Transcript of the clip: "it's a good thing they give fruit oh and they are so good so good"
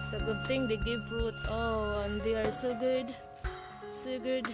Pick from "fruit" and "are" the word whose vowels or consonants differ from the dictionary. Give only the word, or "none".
fruit